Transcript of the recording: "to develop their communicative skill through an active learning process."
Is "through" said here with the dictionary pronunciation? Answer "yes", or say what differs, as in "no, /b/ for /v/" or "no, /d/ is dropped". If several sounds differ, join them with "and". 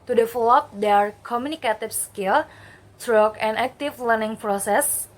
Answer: no, /t/ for /θ/